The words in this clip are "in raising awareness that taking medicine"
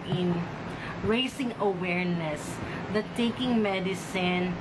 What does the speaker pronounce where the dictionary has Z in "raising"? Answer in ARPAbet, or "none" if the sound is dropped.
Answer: S